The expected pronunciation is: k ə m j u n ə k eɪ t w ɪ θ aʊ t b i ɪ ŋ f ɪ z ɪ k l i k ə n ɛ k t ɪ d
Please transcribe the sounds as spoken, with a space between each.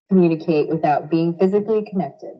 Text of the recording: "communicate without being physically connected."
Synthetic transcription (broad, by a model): k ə m j u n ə k eɪ t w ɪ θ aʊ t b i ɪ ŋ f ɪ z ɪ k l i k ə n ɛ k t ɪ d